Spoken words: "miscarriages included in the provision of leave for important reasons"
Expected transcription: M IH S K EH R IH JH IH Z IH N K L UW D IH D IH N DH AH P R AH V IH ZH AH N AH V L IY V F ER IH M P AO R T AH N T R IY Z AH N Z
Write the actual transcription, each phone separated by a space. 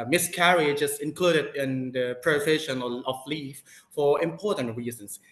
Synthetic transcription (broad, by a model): M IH S K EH R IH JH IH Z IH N K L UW D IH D IH N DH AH P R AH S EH SH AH N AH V L IY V F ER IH M P AO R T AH N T R IY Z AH N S